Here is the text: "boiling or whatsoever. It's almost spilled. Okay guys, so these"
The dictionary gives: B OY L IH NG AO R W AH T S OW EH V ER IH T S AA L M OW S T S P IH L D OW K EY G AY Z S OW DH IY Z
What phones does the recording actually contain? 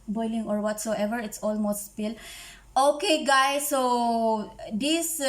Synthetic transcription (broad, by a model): B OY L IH NG AO R W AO T S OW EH V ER IH T S AA L M OW S T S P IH L OW K EY G AY S OW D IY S